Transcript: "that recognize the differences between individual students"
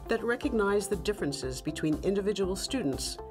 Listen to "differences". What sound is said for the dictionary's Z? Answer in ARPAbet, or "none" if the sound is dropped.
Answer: Z